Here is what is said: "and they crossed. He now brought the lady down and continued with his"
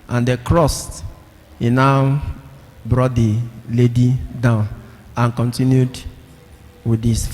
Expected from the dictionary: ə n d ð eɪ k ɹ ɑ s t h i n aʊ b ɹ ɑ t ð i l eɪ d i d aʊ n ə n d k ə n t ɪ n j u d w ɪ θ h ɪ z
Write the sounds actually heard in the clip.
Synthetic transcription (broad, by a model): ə n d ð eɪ k ɹ ɑ s t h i n aʊ b ɹ ɑ t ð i l eɪ d i d aʊ n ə n k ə n t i n j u d w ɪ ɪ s